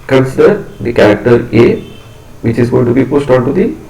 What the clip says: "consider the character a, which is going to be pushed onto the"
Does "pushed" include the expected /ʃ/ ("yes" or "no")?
no